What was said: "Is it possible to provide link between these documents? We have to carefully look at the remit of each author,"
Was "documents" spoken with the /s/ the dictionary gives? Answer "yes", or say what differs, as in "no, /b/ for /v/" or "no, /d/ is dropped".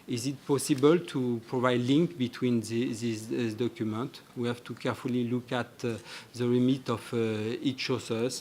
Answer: no, /s/ is dropped